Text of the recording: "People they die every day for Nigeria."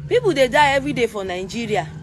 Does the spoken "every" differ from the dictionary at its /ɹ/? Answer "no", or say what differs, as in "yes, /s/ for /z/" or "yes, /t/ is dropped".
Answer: yes, /ɹ/ is dropped